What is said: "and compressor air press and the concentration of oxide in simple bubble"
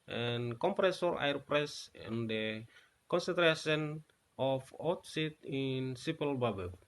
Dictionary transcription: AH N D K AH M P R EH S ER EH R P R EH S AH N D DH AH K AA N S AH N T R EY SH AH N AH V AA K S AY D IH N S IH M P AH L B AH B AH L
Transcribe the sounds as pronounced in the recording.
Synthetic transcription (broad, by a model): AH N K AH M P R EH S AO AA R P R EH S AH N D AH K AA N S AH N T R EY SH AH N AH F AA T S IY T IH N S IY P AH L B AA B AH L